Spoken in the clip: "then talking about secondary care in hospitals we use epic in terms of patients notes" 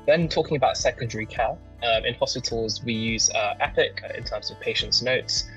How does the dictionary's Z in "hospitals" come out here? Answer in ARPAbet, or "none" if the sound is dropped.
Z